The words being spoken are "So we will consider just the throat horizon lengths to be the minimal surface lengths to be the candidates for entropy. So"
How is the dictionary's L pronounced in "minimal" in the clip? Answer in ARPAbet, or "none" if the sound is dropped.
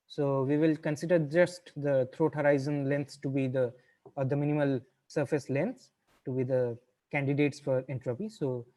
L